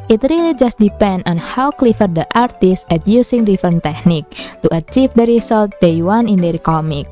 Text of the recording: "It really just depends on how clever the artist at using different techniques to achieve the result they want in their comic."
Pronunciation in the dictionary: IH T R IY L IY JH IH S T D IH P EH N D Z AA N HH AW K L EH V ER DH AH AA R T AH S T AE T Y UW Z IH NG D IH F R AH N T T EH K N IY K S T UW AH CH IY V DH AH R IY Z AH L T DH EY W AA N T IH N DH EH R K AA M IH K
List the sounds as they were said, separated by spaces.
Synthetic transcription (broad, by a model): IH T R IY L IY JH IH S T D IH P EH N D AA N HH AW K L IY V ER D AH AA R T AH S T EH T Y UW S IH NG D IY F AH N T T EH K N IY K T UW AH CH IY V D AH R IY S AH L T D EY W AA N IH N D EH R K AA M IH K